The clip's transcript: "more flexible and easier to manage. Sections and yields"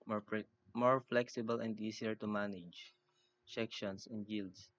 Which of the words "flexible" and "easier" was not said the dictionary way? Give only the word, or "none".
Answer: easier